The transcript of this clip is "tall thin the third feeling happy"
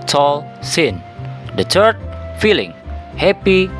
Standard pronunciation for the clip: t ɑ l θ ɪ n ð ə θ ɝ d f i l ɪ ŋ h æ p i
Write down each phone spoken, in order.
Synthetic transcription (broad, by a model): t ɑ l s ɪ n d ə t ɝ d f i l ɪ ŋ h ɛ p i